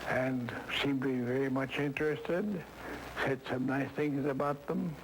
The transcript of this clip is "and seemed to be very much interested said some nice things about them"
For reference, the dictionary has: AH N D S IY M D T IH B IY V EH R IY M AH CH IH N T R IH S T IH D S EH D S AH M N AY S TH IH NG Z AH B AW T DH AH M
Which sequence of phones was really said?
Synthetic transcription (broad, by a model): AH N S IY M T IH B IY V EH R IY M AH CH IH N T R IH S T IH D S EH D S AH M N AY S TH IH NG Z AH B AW T DH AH M